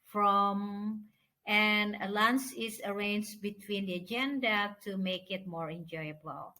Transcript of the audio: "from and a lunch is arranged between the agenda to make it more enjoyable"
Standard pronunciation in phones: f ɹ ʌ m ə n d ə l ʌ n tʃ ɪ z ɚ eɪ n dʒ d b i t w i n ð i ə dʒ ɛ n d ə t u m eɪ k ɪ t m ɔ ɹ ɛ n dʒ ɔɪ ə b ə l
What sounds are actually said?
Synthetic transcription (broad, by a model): f ɹ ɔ m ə n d ə l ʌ n s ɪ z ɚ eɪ n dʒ b i t w i n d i ə dʒ ɛ n d ə t u m eɪ k ɪ t m ɔ ɹ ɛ n dʒ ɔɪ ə b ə l